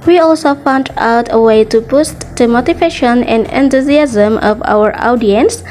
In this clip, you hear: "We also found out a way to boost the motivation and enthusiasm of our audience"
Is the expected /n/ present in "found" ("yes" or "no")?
yes